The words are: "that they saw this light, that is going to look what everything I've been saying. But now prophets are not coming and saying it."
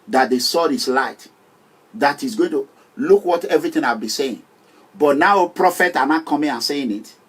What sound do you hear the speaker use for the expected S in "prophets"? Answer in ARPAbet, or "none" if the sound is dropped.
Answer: none